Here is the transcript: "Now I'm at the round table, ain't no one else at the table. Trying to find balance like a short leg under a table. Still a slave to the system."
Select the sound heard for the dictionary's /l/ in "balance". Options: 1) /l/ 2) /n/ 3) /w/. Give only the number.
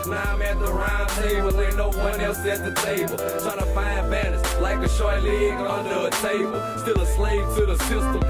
2